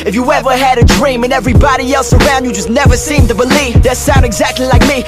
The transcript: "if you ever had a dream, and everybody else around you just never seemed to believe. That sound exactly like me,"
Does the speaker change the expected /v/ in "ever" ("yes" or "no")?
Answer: no